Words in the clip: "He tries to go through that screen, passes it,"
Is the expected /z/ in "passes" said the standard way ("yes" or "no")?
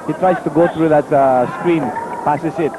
no